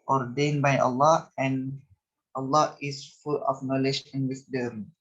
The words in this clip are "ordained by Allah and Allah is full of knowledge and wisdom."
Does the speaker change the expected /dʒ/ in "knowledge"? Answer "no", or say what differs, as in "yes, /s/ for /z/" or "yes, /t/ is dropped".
yes, /ʃ/ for /dʒ/